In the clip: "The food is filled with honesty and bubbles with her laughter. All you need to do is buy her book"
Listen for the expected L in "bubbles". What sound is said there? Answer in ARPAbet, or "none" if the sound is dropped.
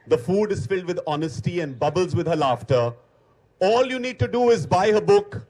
L